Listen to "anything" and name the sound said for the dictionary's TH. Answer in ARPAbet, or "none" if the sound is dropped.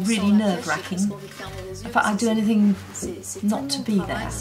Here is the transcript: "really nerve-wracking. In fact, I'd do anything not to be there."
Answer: TH